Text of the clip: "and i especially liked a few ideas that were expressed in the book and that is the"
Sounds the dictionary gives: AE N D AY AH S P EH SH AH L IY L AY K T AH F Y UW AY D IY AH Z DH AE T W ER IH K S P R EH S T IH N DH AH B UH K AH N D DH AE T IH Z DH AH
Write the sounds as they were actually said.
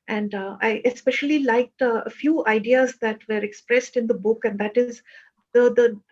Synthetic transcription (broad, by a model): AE N D AY AH S P EH SH AH L IY L AY K T AH F Y UW AY D IY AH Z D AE T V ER IH K S P R EH S T IH N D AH B UH K AH N D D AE T IH Z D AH